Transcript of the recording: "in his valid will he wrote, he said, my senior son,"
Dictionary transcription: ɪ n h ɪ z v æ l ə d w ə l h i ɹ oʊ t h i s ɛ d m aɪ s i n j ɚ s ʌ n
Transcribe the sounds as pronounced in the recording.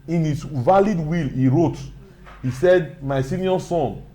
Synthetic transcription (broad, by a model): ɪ n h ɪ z v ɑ l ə d w ə l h i ɹ oʊ t h i s ɛ d m aɪ s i n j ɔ s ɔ n